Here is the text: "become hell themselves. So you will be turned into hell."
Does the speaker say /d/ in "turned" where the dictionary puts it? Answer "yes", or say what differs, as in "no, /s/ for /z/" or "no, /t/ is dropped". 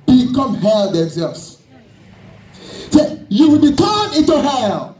no, /d/ is dropped